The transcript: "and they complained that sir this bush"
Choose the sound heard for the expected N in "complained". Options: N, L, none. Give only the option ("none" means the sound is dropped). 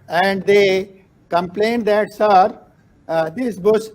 N